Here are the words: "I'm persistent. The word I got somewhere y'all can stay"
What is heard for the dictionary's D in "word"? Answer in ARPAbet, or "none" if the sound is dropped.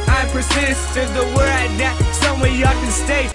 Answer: none